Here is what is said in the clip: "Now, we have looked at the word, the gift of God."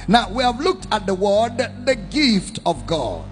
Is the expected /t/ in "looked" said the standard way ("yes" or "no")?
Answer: yes